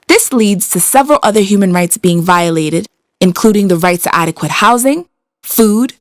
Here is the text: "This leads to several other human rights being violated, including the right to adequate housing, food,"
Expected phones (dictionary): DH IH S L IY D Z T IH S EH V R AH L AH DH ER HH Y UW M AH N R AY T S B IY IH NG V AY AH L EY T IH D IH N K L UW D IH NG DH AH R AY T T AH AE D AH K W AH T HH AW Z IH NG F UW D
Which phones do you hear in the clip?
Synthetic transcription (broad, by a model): DH IH S L IY D Z T IH S EH V R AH L AH DH ER HH Y UW M AH N R AY T S B IY IH NG V AY AH L EY T IH D IH N K L UW D IH NG DH AH R AY T S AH AE D AH K W AH T HH AW Z IH NG F UW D